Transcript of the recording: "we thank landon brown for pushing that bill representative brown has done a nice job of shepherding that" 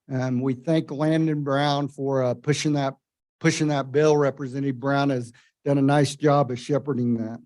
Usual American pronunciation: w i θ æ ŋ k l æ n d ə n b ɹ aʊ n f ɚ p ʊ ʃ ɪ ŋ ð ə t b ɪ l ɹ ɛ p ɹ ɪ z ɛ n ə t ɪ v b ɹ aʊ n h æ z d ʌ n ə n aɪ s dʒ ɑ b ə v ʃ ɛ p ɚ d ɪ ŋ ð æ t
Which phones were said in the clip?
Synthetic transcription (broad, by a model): w i θ æ ŋ k l æ n d ə n b ɹ aʊ n f ɚ p ʊ ʃ ɪ ŋ ð ə t b ɪ l ɹ ɛ p ɹ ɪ z ɛ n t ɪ b ɹ aʊ n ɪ z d ʌ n ə n aɪ s dʒ ɑ b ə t ʃ ɛ p ɚ d ɪ ŋ ð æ t